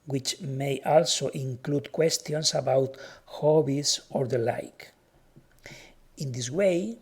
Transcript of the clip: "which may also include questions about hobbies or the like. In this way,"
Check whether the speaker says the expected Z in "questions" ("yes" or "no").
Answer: no